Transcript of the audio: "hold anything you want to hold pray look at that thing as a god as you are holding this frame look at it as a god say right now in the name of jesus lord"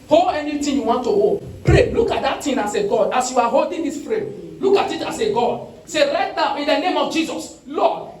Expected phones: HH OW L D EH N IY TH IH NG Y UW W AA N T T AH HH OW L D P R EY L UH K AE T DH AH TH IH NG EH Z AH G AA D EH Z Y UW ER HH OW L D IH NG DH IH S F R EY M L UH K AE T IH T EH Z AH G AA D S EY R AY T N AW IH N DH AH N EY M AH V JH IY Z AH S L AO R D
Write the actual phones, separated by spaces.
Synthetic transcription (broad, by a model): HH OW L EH N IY T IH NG Y UW W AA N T T AH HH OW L P R EY L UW K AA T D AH T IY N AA S AH G AA D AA S Y UW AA HH OW L D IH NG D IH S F R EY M L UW K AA T IH T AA S AH G AA D S EY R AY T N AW IH N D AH N EY M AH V JH IY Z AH S L AO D